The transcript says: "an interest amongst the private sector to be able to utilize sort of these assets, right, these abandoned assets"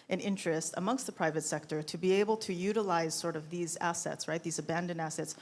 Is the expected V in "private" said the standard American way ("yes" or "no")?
yes